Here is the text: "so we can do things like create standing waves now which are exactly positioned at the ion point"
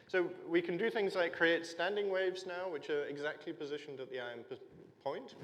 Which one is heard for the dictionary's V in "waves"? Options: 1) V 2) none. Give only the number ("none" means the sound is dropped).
1